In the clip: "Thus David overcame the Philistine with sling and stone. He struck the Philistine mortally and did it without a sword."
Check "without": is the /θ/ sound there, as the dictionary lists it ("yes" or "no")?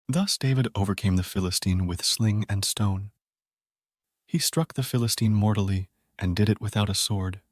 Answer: yes